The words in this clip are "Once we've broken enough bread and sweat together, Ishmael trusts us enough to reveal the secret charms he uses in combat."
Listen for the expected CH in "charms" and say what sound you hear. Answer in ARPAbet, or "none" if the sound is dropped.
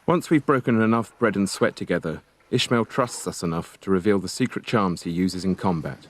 CH